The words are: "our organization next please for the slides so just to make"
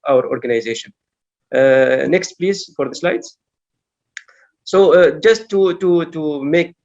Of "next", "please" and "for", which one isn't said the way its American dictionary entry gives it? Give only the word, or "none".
none